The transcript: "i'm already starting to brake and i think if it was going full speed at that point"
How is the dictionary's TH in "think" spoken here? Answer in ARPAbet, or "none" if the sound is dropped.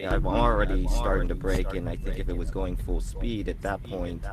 TH